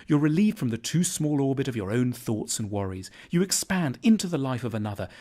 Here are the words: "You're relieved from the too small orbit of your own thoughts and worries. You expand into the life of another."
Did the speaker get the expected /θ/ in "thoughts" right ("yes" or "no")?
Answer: yes